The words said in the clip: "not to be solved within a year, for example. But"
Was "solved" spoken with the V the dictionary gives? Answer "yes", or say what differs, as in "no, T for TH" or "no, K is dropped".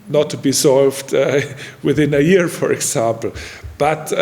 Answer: yes